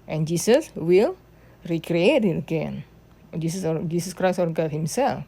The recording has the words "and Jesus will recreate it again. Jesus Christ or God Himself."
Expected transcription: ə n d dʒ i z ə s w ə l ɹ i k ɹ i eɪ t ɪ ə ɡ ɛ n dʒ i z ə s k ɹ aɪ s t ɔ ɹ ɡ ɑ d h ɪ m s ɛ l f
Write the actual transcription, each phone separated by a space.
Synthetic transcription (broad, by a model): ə n dʒ i s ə s w ə l ɹ i k ɹ i eɪ t ɪ ə ɡ ɛ n dʒ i s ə s k ɹ aɪ s ɔ ɹ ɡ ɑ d h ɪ m s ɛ l f